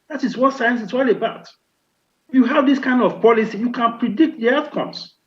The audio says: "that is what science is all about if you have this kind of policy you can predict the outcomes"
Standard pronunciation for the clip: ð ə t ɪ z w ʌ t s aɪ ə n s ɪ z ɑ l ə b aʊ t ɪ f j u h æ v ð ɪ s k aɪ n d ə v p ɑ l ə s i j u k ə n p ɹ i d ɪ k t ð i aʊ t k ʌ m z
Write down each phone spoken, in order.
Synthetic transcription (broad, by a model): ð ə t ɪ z w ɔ t s aɪ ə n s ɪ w ɑ l ə b aʊ t j u h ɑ v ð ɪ s k aɪ n d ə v p ɑ l ə s i j u k ə n p ɹ i d ɪ k t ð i aʊ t k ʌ m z